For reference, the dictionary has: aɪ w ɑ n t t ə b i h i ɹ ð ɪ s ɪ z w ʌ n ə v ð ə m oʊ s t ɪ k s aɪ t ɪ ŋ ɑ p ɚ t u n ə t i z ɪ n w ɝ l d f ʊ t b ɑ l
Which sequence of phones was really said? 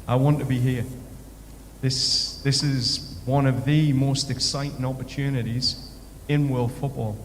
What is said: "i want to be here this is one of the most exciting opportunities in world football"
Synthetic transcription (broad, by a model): aɪ w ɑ n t t ə b i h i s ð ɪ s ɪ z w ʌ n ə v ð ə m oʊ s t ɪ k s aɪ t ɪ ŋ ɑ p ɚ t u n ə t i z ɪ n w ɝ l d f ʊ t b ɑ l